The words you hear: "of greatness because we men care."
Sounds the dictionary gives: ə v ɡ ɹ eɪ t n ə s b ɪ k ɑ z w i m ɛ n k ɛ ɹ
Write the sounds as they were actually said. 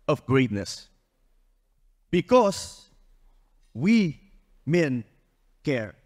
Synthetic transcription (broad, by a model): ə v ɡ ɹ eɪ t n ə s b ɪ k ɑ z w i m ɛ n k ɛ ɹ